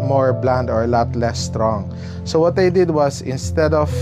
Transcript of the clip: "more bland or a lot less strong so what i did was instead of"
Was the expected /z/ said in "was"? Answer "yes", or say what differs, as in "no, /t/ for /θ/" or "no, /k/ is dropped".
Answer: no, /s/ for /z/